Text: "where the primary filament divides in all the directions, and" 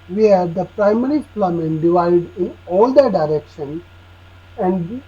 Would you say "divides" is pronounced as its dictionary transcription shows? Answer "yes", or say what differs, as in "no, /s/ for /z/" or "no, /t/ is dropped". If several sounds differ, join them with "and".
no, /z/ is dropped